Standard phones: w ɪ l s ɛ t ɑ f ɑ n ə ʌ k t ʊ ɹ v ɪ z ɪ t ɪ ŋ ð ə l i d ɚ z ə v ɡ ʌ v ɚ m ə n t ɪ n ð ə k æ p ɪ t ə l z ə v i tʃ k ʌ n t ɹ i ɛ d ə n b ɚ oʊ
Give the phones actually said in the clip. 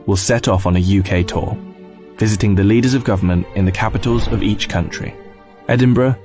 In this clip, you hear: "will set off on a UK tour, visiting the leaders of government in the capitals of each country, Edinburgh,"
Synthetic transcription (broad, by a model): w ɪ l s ɛ t ɑ f n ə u k t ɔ v ɪ z ɪ t ɪ ŋ ð ə l i d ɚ z ə v ɡ ʌ v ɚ m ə n t ɪ n ð ə k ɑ p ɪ t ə l z ə v i tʃ k ʌ n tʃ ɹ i ɛ d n b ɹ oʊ